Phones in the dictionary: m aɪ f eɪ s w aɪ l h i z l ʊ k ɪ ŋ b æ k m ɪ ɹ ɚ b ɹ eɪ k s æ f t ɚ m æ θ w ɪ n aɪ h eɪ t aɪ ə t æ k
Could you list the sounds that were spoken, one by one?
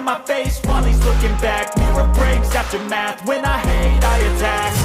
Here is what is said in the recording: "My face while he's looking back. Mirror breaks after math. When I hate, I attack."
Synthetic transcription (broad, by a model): m aɪ f eɪ s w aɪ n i z l ʊ k ɪ ŋ b æ k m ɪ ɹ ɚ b ɹ eɪ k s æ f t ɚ m æ θ w ɪ n aɪ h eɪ aɪ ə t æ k